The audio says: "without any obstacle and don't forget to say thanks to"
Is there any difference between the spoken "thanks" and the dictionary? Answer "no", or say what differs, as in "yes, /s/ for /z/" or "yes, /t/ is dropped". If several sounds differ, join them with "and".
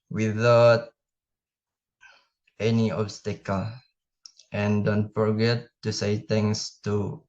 yes, /t/ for /θ/ and /k/ is dropped